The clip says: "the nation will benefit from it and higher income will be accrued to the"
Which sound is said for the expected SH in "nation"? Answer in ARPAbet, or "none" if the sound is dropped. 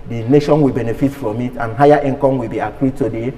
SH